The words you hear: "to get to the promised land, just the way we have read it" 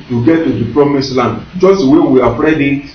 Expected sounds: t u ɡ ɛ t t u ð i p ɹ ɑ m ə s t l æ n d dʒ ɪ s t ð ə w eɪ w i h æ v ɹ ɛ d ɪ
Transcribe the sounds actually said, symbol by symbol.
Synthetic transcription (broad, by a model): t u ɡ ɛ t t u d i p ɹ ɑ m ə s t l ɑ n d dʒ ɪ s t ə w eɪ w i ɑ p ɹ ɛ d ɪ